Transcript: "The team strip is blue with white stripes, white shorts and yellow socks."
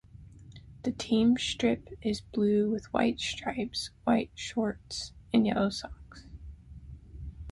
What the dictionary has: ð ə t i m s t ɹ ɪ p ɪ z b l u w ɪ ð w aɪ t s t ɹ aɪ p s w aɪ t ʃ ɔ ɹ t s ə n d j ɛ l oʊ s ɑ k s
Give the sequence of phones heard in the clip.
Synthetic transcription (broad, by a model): ð ə t i m s t ɹ ɪ p ɪ z b l u w ɪ ð w aɪ t s t ɹ aɪ p s w aɪ t ʃ ɔ ɹ t s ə n j ɛ l oʊ s ɑ k s